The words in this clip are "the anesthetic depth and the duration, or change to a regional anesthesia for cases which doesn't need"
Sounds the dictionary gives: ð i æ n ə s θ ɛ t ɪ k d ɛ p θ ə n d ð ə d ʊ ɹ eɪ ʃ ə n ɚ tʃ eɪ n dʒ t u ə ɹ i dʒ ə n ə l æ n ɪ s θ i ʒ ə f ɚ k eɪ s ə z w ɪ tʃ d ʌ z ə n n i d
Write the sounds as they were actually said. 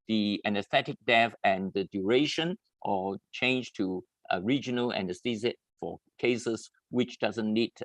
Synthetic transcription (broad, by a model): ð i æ n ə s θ ɛ t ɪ k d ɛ θ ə n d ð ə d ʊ ɹ eɪ ʃ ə n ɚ tʃ eɪ n dʒ t u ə ɹ i dʒ ə n ə l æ n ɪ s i z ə f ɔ k eɪ s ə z w ɪ tʃ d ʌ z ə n n i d